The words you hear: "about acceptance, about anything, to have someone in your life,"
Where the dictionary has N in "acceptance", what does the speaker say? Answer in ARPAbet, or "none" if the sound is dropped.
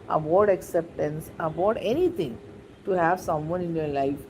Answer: N